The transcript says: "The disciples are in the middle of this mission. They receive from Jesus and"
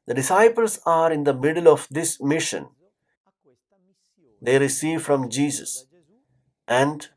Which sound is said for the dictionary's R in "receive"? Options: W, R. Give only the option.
R